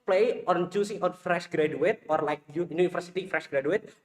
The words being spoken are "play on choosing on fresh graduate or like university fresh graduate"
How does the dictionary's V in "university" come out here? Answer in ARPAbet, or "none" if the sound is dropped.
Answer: F